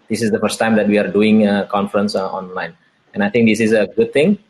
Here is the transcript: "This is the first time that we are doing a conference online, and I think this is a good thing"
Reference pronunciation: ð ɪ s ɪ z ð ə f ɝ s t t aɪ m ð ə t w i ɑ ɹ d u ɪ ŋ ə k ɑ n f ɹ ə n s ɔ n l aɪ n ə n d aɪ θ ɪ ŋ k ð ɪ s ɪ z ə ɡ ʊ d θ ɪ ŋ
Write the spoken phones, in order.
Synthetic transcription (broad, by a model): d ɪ s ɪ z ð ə f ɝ s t t aɪ m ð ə t w i ɑ ɹ d u ɪ ŋ ə k ɑ n f ɹ ə n s ɔ n l aɪ n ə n aɪ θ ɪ ŋ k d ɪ s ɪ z ə ɡ ʊ d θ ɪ ŋ